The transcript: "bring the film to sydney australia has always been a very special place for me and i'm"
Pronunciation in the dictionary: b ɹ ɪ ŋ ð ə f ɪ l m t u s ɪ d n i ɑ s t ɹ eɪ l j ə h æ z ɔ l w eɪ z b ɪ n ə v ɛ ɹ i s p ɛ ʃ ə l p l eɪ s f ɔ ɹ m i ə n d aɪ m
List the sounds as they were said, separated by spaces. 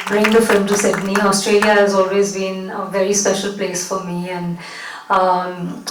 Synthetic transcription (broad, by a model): b ɹ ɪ ŋ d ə f ɪ l m t u s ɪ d n i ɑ s t ɹ eɪ l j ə h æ z ɔ l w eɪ z b ɪ n ə v ɛ ɹ i s p ɛ ʃ ə l p l eɪ s f ɔ ɹ m i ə n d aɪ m